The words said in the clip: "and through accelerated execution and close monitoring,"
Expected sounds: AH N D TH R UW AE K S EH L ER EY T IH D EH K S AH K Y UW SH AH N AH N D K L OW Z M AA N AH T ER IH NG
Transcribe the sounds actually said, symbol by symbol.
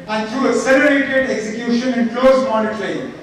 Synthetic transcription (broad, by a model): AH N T R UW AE S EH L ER EY T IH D EH K S AH K Y UW SH AH N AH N K L OW Z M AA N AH T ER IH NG